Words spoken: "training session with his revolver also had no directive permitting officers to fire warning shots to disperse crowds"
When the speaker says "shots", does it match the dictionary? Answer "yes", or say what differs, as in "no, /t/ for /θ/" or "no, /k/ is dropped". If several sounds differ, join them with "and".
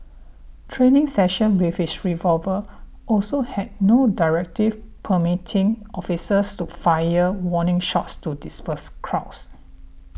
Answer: yes